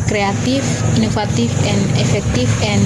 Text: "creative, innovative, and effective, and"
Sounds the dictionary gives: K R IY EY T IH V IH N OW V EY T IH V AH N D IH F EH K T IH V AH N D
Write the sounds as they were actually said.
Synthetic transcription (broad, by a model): K R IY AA T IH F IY N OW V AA T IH F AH N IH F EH K T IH F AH N